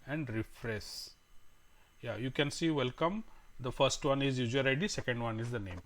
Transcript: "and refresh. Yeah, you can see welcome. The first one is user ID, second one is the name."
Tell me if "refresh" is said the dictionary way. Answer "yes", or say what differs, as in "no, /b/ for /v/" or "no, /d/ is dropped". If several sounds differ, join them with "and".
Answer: no, /s/ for /ʃ/